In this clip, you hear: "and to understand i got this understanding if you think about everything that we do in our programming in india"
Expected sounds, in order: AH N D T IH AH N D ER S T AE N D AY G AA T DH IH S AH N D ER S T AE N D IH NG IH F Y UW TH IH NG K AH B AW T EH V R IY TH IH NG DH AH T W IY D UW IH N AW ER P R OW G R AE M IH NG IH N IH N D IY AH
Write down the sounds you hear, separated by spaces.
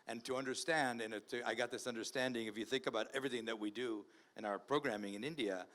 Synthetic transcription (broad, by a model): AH N T IH AH N D ER S T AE N D AY G AA T DH IH S AH N D ER S T AE N D IH NG IH F Y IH TH IH NG K AH B AW T EH V R IY TH IH NG DH AH T W IY D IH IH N AW ER P R OW G R AE M IH NG IH N IH N D IY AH